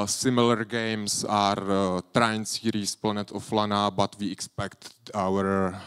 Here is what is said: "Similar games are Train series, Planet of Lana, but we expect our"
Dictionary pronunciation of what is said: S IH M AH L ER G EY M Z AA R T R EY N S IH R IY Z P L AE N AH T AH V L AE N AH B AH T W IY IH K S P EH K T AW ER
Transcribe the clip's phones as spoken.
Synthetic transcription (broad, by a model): S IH M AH L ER G EY M S AA R T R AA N S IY R IY S P L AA N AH T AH F L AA N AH B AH T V IY IH K S P EH K T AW ER